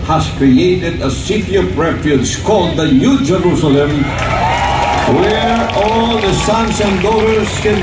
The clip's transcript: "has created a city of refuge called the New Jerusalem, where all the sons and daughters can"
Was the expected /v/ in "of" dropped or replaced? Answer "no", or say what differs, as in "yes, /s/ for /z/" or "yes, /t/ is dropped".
yes, /p/ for /v/